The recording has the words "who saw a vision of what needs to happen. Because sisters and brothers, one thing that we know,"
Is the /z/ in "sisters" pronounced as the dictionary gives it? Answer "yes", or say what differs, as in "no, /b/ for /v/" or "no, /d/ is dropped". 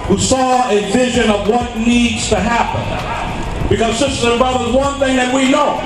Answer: no, /z/ is dropped